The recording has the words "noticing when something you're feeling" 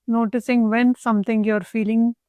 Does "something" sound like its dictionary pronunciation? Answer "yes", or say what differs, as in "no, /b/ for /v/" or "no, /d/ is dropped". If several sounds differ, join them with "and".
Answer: no, /t/ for /θ/